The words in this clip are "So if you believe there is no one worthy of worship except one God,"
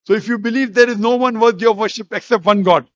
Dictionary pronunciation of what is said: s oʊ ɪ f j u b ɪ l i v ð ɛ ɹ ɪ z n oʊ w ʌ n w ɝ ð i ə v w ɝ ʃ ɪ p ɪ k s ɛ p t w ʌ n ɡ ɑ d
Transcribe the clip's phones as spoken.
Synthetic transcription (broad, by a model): s oʊ ɪ f j u b ɪ l i v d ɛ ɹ ɪ z n oʊ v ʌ n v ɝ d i ə v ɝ ʃ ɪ p ɪ k s ɛ p t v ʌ n ɡ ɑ d